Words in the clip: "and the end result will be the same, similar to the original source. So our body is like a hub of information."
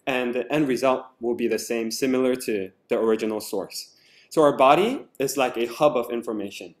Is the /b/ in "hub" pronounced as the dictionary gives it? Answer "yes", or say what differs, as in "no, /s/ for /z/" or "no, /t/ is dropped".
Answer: yes